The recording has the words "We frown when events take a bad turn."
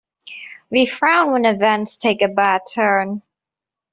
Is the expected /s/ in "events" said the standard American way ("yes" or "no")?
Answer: yes